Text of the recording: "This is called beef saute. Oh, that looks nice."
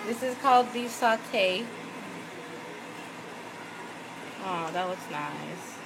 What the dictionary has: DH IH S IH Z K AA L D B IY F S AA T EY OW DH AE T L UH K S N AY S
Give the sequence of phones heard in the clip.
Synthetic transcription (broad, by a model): DH IH S IH Z K AA L D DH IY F S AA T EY OW DH AE T W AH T S N AY S